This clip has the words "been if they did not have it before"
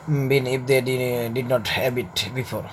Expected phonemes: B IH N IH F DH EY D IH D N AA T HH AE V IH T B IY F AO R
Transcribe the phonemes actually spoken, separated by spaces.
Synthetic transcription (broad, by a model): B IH N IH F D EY D IH D N AA T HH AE B IH T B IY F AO R